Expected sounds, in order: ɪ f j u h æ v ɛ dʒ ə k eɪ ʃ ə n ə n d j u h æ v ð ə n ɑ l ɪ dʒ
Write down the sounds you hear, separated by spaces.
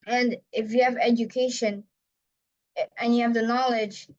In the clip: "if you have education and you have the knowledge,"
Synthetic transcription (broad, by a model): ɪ f j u h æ v ɛ dʒ ə k eɪ ʃ ə n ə n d j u h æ v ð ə n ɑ l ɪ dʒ